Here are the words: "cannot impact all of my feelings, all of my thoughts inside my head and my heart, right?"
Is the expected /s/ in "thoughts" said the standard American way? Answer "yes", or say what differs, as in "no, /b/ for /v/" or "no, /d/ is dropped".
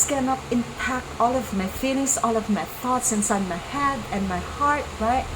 yes